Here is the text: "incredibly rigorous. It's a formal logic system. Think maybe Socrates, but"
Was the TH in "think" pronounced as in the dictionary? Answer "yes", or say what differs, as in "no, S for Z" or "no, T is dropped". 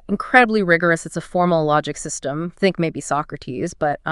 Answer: yes